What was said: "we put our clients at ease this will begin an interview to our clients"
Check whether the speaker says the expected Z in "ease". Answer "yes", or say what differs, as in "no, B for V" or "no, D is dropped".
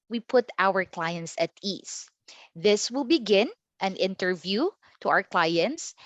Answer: no, S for Z